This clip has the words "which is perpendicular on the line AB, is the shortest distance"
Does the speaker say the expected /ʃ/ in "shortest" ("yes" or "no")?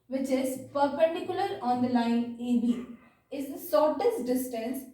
no